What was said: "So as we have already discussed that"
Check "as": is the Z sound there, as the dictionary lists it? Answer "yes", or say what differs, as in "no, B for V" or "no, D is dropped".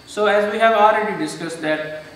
yes